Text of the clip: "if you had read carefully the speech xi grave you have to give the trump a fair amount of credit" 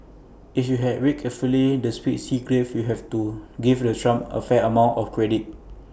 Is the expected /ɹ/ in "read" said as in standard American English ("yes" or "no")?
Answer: no